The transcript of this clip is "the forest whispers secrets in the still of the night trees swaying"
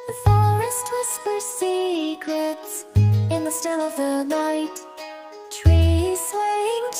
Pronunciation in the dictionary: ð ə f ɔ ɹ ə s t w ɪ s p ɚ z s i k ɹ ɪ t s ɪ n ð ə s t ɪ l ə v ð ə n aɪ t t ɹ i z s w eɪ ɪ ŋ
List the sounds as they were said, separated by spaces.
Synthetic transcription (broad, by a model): ð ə f ɔ ɹ ə s t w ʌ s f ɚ s i k ɹ ɪ t s ɪ n ð ə s t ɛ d ə v ð ə n aɪ t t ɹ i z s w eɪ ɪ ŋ